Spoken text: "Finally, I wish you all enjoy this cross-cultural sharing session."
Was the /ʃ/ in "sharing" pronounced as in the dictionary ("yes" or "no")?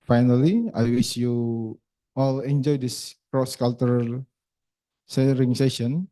no